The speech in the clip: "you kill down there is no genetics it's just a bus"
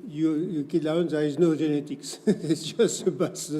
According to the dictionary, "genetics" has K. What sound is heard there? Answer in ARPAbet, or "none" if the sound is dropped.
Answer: K